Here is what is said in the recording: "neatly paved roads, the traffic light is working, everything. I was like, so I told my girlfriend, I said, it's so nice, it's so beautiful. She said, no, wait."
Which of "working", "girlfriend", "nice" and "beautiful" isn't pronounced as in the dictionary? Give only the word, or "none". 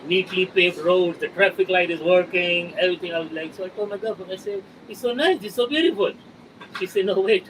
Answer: girlfriend